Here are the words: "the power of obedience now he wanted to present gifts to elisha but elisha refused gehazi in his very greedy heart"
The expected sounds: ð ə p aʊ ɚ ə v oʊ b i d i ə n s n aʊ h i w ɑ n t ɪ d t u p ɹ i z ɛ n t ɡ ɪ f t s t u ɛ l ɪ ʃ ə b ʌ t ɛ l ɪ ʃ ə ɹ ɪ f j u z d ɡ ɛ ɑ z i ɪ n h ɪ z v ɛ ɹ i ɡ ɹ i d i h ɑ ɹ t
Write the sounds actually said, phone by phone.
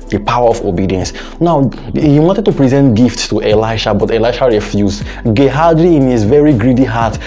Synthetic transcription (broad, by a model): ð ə p aʊ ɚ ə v oʊ b i d i ə n s n aʊ h i w ɑ n t ɪ d t u p ɹ i z ɛ n t ɡ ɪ f t s t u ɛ l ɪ ʃ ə b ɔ t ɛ l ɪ ʃ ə ɹ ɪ f j u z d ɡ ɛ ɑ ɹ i ɪ n h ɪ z v ɛ ɹ i ɡ ɹ i d i h ɑ t